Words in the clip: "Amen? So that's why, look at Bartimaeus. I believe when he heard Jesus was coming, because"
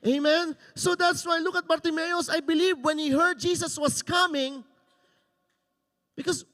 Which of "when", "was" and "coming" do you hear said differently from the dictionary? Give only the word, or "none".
was